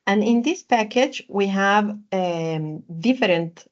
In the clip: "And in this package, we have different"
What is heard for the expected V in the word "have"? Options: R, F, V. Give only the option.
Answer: V